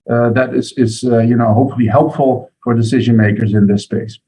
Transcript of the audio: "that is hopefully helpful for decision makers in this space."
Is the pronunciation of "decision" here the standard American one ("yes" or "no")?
yes